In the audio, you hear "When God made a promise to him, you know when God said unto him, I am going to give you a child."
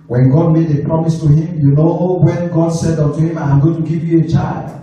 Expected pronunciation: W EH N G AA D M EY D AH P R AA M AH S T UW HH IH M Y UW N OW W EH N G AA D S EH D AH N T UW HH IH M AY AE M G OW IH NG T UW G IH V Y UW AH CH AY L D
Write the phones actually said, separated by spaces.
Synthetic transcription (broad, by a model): W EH N G AA D M EY D AH P R AA M AH S T UW HH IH M Y UW N OW W EH N G AA D S EH D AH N T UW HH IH M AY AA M G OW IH T UW G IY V Y UW AH CH AY L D